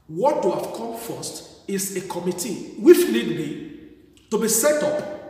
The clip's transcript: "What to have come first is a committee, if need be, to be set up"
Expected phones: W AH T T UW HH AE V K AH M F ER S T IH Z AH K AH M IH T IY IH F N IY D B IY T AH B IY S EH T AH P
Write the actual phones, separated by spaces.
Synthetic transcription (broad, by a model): W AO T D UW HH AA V K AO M F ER S T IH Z AH K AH M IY T IY IH F L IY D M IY T AH B IY S EH T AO P